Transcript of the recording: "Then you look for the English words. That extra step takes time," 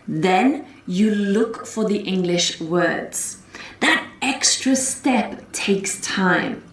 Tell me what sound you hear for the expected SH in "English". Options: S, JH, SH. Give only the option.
SH